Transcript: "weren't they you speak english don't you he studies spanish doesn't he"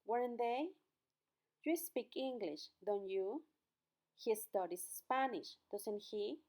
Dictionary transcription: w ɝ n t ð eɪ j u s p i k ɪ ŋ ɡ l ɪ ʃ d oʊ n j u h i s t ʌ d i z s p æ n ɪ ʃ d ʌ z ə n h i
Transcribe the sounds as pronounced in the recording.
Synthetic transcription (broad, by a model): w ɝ n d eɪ j u s p i k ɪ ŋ ɡ l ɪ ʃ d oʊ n j u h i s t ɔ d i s p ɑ n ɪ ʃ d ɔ s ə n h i